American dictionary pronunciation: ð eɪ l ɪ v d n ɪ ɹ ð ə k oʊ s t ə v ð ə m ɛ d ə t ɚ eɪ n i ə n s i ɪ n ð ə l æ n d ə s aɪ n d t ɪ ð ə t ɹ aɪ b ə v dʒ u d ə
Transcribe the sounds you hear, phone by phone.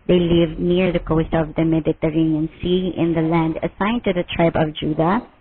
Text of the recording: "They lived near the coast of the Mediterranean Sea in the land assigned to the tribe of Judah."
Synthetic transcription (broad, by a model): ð eɪ l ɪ v n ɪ ɹ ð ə k oʊ s t ə v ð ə m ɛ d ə t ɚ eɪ n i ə n s i ɪ n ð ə l æ n d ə s aɪ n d t ɪ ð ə t ɹ aɪ b ə v dʒ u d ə